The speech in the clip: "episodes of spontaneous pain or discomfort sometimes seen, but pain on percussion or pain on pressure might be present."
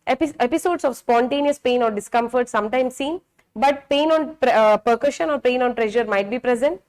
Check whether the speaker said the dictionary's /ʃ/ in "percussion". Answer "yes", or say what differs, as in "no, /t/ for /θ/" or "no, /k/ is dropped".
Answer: yes